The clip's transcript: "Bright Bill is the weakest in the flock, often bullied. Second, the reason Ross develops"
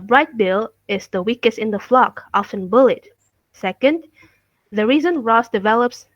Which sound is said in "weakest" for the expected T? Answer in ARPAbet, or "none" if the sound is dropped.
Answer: T